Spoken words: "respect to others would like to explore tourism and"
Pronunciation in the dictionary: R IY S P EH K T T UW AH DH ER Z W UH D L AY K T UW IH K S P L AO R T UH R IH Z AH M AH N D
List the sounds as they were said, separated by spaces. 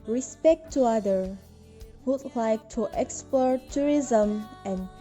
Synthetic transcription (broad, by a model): R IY S P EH K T T UW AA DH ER W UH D L AY K T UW IH K S P L AO R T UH R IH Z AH M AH N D